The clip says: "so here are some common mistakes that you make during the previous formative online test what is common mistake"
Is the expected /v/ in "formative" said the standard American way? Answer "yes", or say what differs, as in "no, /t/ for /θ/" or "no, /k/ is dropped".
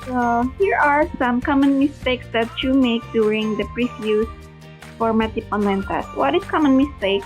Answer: no, /p/ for /v/